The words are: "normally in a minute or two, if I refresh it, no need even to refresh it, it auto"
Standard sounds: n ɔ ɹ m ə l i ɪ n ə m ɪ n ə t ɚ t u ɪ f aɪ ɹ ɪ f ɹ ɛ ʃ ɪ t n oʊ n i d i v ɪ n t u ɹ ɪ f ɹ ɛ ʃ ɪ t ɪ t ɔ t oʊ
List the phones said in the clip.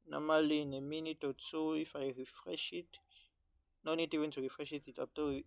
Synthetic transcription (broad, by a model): n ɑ m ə l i n ə m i n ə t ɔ s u ɪ f aɪ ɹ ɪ f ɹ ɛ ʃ ɪ t n oʊ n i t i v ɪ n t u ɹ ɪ f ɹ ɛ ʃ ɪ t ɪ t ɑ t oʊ